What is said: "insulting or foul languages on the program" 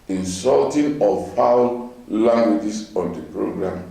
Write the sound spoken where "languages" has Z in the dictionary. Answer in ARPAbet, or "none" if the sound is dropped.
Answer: S